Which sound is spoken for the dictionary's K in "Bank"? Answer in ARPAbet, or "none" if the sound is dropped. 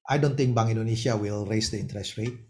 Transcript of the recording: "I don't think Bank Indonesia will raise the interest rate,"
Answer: none